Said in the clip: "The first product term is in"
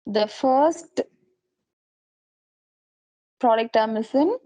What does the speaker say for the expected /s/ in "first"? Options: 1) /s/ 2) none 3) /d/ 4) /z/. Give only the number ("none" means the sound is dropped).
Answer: 1